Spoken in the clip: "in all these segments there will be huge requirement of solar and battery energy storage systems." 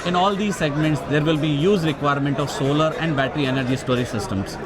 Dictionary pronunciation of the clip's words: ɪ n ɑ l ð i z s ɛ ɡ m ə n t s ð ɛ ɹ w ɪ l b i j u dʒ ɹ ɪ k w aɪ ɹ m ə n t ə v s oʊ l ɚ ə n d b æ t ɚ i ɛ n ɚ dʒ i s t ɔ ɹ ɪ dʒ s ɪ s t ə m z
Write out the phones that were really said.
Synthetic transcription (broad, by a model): ɪ n ɑ l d i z s ɛ ɡ m ə n t s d ɛ ɹ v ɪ l b i j u z ɹ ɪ k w aɪ ɹ m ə n t ə v s oʊ l ɚ ə n d b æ t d i ɛ n ɚ dʒ i s t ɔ ɹ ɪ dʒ s ɪ s t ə m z